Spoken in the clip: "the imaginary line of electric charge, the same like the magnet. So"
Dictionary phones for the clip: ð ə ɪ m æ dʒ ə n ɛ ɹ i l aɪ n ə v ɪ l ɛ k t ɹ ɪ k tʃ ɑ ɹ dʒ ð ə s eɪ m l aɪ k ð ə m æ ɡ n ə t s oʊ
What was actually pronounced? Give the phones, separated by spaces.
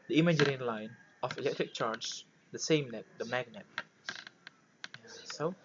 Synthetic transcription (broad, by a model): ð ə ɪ m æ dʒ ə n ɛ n l aɪ n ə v ɪ l ɛ k t ɹ ɪ k tʃ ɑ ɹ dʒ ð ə s eɪ m n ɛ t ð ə m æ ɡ n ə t s oʊ